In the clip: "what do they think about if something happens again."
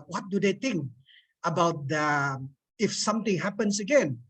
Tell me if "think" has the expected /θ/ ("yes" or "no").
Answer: no